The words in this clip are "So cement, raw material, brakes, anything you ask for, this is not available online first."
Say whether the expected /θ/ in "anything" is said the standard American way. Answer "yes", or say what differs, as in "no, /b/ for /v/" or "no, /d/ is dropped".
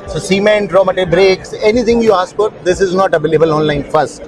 no, /t/ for /θ/